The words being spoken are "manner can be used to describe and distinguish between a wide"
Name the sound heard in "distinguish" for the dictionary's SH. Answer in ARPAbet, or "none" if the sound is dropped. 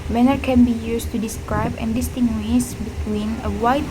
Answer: S